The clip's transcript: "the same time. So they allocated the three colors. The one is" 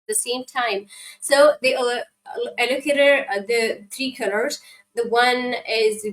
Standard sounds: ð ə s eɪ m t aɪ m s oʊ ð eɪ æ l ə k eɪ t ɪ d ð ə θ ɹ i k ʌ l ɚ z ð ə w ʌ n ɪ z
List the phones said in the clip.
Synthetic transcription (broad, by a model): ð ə s eɪ m t aɪ m s oʊ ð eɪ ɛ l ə k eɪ t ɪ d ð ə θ ɹ i k ʌ l ɚ z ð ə w ʌ n ɪ z